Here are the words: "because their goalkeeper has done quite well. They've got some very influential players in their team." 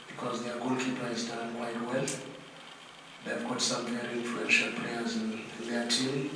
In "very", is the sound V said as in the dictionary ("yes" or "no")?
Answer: no